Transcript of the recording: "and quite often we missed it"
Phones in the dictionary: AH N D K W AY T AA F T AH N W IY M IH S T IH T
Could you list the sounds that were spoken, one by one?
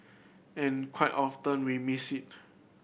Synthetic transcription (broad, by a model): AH N K W AY T AA F T AH N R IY M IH S IH T